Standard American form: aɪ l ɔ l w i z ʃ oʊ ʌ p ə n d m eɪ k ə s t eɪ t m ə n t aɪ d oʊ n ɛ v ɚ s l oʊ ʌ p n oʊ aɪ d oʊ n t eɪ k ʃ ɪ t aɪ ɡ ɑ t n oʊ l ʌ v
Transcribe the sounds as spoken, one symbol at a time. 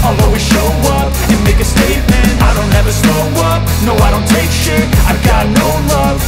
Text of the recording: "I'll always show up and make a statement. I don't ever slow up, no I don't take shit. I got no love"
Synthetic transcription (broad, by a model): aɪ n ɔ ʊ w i ʃ oʊ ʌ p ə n m eɪ k ə s t eɪ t m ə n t aɪ d oʊ n ɛ v ɚ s oʊ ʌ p n oʊ aɪ d oʊ n t eɪ k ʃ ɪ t aɪ ɡ ɑ t n oʊ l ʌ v